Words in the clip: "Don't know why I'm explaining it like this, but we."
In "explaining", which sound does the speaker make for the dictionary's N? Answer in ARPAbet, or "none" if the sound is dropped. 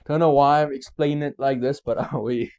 none